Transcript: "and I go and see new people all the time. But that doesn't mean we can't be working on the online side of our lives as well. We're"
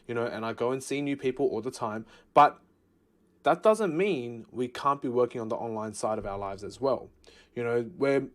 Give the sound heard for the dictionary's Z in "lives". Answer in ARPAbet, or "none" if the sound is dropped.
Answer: Z